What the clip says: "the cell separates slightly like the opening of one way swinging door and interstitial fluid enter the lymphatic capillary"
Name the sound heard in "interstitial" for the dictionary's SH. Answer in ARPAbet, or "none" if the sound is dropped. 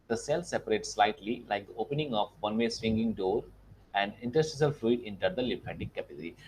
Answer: S